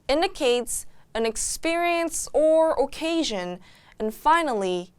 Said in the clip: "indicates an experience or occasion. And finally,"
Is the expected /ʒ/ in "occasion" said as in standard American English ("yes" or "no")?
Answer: yes